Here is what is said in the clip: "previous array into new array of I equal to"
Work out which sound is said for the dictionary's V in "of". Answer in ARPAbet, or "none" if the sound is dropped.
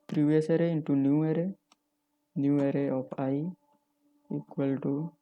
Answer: P